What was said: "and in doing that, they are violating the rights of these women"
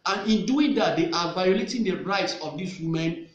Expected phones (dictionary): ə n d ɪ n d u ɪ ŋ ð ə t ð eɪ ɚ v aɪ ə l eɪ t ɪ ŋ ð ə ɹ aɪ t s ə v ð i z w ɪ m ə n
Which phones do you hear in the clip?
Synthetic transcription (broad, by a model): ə n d ɪ n d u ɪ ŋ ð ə t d eɪ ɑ v aɪ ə l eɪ t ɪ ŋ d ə ɹ aɪ t s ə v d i s w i m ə n